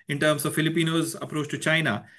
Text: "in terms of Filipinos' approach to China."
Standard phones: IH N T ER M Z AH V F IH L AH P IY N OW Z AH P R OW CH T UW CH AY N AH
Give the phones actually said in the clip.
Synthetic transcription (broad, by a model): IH N T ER M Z AH V F IH L AH P IY N OW Z AH P R OW CH T UW CH AY N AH